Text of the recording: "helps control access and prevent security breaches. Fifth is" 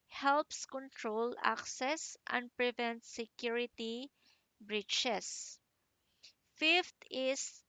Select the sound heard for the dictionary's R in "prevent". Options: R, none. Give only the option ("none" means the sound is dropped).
R